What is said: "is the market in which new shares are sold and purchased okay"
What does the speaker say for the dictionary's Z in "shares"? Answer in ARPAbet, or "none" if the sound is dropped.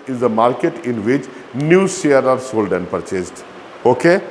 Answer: none